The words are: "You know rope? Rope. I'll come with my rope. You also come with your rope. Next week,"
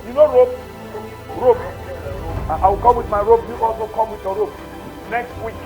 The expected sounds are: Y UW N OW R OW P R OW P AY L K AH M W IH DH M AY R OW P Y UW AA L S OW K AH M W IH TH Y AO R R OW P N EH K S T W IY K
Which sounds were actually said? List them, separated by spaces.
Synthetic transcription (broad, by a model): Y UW N OW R OW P R OW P AY W K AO M W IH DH M AY R OW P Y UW AA L S OW K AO M W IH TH Y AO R R OW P N EH K S T W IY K